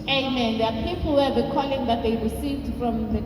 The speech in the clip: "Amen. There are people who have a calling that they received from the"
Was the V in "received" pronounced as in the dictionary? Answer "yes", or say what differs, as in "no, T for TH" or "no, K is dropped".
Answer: no, V is dropped